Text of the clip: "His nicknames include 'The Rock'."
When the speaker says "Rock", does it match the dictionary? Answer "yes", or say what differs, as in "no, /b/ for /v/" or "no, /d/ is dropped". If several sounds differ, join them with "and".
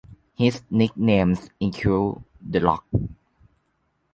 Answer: no, /l/ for /ɹ/